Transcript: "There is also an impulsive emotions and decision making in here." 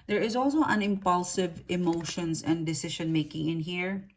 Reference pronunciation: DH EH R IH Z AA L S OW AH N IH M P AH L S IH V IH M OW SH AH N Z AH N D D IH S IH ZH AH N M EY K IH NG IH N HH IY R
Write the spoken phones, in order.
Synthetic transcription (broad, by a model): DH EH R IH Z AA L S OW AH N IH M P AH L S IH V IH M OW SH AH N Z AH N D D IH S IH SH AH N M EY K IH NG IH N HH IY R